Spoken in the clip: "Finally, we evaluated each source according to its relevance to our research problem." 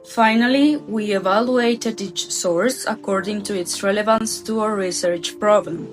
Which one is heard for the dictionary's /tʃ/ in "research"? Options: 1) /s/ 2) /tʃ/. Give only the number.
2